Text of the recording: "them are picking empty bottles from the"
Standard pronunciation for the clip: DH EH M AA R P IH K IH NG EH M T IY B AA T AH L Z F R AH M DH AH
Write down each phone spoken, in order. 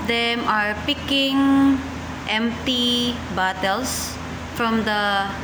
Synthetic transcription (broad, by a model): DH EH M AA R P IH K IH NG EH M T IY B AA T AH L S F R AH M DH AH